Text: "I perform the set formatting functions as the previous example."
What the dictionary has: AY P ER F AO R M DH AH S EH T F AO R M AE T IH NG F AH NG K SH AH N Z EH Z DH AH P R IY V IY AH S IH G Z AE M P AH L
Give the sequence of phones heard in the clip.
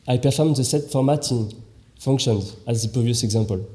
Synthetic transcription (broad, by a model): AY P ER F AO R M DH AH S EH T F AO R M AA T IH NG F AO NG K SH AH N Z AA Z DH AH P IY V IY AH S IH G Z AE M P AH L